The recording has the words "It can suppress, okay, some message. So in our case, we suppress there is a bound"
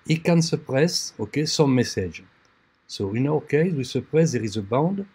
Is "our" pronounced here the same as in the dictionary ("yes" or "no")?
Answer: no